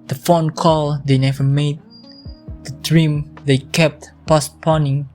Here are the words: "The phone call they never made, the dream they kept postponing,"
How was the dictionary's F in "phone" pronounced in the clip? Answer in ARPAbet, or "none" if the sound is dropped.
F